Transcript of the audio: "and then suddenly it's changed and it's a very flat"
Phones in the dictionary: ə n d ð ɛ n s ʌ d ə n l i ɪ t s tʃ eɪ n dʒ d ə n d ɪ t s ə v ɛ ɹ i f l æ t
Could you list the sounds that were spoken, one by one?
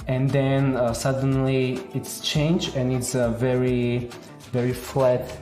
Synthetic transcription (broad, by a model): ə n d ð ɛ n s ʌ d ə n l i ɪ t s tʃ eɪ n dʒ ə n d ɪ t s ə v ɛ ɹ i f l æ t